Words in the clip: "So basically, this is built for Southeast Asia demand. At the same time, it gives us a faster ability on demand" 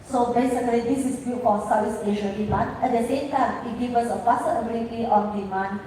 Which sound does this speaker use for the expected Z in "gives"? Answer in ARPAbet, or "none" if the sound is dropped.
none